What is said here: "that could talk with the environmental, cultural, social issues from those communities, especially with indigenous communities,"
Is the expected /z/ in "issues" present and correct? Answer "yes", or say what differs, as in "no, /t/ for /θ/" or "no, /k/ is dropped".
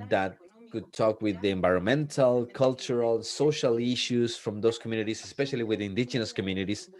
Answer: no, /s/ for /z/